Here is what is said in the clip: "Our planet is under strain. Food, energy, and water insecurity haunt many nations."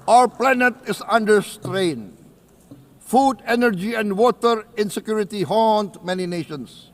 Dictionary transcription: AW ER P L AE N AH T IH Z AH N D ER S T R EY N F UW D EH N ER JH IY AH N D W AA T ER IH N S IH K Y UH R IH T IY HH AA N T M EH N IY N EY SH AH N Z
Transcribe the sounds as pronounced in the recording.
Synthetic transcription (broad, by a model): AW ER P L AE N AH T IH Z AH N D ER S T R EY N F UW D EH N ER JH IY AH N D W AA T ER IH N S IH K Y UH R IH T IY HH AA N T M EH N IY N EY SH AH N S